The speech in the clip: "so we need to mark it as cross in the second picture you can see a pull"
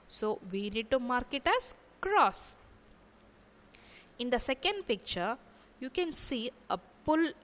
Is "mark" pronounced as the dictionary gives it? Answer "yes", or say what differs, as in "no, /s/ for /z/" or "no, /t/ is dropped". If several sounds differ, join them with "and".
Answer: yes